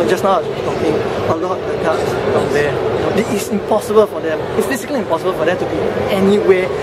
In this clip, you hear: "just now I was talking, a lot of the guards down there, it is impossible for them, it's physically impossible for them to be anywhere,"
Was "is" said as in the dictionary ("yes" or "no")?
no